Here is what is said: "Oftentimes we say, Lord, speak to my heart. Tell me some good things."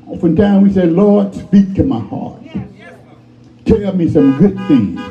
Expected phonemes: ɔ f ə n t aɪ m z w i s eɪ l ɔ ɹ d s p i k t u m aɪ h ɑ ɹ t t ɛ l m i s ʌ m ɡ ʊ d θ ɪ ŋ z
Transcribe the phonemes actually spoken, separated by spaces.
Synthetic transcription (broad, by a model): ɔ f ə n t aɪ w i s eɪ l ɔ ɹ d s p i k t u m aɪ h ɑ ɹ t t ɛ m i s ʌ m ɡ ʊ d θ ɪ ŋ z